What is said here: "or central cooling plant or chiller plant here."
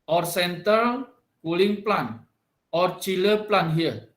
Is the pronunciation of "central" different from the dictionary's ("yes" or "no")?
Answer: yes